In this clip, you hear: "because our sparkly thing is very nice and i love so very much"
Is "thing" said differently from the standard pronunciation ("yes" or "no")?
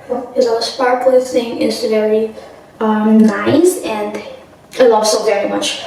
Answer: yes